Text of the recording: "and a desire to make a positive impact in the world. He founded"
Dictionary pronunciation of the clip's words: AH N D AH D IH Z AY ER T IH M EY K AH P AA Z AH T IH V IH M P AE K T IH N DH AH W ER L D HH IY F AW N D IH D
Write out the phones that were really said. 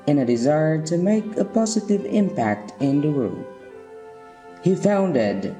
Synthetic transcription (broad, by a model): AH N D AH D IH Z AY ER T IH M EY K AH P AA Z AH T IH V IH M P AE K T IH N DH AH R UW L HH IY F AW N D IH D